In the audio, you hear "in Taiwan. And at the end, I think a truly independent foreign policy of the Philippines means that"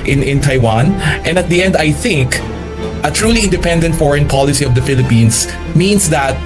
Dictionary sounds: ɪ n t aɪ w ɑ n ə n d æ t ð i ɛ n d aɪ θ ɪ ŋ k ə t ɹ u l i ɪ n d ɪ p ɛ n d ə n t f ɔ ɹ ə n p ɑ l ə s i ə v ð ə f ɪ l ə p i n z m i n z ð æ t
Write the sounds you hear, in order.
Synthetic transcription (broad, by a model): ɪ n t aɪ w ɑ n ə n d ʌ t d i ɛ n d aɪ θ ɪ ŋ k ə t ɹ u l i ɪ n d ɪ p ɛ n d ə n t f ɔ ɹ ə n p ɑ l ə s i ə v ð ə f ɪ l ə p i n s m i n s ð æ t